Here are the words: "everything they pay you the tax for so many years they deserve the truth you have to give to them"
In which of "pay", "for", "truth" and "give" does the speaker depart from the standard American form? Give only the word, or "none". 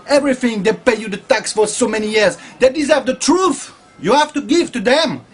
none